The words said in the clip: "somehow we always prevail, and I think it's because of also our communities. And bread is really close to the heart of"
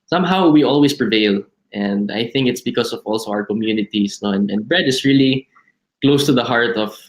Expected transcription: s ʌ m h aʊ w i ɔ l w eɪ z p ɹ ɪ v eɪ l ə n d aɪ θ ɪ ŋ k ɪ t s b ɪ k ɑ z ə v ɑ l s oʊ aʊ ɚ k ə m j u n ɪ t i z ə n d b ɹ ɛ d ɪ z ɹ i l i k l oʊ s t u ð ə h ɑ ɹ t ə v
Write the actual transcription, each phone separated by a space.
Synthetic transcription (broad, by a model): s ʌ m h aʊ w i ɔ l w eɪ s p ɹ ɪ v eɪ l ə n d aɪ θ ɪ ŋ k ɪ t s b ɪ k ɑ s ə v ɑ l s oʊ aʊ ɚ k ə m j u n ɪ t i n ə n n b ɹ ɛ d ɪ s ɹ i l i k l oʊ s t u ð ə h ɑ ɹ t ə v